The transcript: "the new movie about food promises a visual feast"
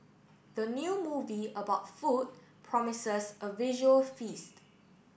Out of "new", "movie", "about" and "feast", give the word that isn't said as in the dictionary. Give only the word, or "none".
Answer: none